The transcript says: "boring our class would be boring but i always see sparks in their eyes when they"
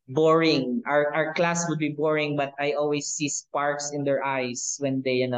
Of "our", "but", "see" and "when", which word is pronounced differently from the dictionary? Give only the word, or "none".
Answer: none